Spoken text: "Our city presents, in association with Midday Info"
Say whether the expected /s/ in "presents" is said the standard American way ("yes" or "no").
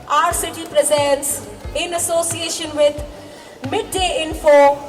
yes